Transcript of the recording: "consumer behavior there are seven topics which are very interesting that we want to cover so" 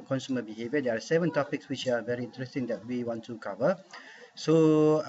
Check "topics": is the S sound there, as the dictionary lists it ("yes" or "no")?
yes